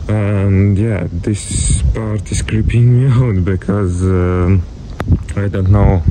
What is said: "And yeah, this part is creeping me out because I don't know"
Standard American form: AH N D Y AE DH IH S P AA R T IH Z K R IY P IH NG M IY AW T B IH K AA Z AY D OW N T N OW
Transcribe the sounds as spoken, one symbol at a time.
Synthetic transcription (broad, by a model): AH N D Y AE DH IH S P AA R T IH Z K R IY P IH NG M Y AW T B IH K AA Z AY D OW N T N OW